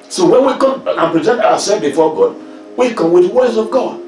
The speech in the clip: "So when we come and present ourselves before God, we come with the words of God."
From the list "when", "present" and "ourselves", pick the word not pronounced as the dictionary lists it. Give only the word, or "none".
ourselves